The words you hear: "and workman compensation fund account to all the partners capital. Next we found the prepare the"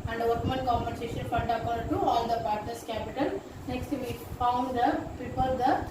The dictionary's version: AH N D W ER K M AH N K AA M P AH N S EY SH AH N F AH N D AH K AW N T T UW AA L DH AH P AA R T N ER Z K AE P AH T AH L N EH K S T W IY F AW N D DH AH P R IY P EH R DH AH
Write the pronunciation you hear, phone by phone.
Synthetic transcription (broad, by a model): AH N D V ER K M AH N K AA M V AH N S EY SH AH N F AH N D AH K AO T T UW AA L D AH P AA R T N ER S K AE P AH T AH L N EH K S T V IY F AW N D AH P IY P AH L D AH